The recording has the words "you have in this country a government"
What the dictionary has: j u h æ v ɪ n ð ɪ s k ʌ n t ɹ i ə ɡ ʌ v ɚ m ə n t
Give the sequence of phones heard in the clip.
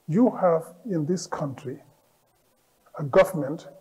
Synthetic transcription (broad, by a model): j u h æ v ɪ n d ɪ s k ʌ n t ɹ i ə ɡ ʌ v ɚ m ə n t